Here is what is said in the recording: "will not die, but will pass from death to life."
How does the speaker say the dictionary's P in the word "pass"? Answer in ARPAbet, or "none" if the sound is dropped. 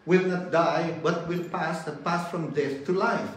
P